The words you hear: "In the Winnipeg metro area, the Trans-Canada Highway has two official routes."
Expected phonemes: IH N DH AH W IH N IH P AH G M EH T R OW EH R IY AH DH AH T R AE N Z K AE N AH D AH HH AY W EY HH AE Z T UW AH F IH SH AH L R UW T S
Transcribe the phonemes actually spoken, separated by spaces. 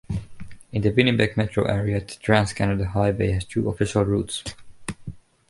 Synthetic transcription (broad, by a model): IH N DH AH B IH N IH B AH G M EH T R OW EH R IY AH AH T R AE N S K AE N AH D AH HH AY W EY HH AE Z T UW AH F IH SH AH L R UW T S